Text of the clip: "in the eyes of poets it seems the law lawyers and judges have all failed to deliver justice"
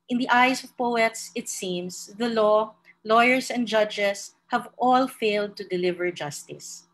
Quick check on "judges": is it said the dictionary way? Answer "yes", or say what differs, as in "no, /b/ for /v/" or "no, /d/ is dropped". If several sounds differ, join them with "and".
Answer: no, /s/ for /z/